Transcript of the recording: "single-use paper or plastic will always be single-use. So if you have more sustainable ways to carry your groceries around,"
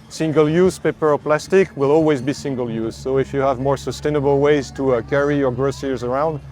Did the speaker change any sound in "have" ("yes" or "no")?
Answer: no